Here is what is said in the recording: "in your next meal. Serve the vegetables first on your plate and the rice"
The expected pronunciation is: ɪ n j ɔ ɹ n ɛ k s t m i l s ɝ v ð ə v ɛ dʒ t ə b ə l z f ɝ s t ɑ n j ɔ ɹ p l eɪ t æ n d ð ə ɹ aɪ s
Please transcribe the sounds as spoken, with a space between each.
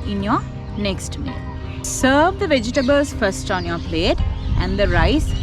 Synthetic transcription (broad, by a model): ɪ n j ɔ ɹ n ɛ k s t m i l s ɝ v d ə v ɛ dʒ t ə b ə l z f ɝ s t ɑ n j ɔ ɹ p l eɪ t æ n d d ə ɹ aɪ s